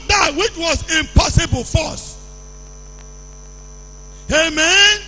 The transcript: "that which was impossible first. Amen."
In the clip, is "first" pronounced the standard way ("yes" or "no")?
no